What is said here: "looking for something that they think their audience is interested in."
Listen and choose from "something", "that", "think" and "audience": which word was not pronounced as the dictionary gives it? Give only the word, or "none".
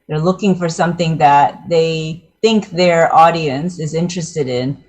none